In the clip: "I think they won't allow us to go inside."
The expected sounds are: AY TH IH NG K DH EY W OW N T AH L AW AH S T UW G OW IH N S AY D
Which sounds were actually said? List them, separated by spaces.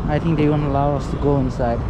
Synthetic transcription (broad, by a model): AY T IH NG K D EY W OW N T AH L AW AH S T UW G OW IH N S AY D